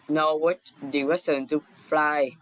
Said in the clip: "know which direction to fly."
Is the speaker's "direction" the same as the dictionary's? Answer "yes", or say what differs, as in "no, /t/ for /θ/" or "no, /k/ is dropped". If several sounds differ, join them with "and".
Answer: no, /w/ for /ɹ/